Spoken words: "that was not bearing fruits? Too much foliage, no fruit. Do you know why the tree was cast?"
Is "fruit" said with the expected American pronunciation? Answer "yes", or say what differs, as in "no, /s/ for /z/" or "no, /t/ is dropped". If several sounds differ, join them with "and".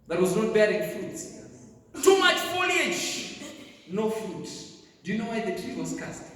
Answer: no, /ɹ/ is dropped